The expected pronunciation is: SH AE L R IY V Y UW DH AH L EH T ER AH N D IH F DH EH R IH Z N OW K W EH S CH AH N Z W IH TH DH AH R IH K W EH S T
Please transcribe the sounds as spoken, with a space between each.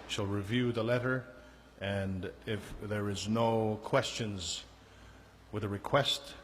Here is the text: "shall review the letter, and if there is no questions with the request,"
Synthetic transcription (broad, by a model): SH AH L R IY V Y UW DH AH L EH T ER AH N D IH F DH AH R IH Z N OW K W EH S CH AH N Z W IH DH AH R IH K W EH S T